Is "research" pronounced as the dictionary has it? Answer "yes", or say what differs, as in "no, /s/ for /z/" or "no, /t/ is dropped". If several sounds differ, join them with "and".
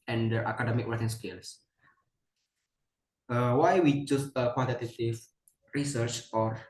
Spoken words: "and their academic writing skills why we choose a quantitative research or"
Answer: yes